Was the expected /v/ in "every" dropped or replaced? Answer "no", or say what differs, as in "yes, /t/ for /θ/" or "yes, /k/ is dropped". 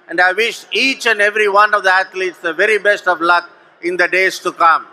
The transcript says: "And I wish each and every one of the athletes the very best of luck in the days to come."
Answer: no